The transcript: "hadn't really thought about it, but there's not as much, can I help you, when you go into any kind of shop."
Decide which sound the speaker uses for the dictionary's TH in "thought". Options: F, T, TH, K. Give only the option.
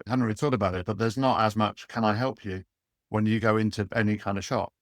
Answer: T